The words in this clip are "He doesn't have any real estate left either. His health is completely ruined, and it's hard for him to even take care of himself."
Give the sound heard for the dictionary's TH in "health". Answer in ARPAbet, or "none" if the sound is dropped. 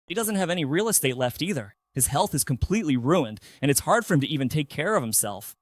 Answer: TH